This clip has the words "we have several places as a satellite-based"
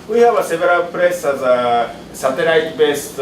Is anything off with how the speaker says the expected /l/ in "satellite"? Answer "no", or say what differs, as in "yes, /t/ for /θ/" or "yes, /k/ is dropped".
yes, /n/ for /l/